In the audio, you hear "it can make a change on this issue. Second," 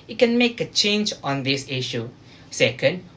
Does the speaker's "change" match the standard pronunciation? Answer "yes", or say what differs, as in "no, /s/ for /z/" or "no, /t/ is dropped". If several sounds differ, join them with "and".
yes